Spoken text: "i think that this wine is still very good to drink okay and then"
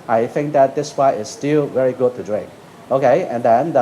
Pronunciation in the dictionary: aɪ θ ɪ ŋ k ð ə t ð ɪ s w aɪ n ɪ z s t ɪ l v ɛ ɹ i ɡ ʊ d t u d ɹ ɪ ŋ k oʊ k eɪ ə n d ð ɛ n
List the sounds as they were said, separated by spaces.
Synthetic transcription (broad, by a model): aɪ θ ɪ ŋ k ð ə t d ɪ s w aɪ ɪ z s t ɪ l v ɛ ɹ i ɡ ʊ d t u d ɹ ɪ ŋ k oʊ k eɪ ə n d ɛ n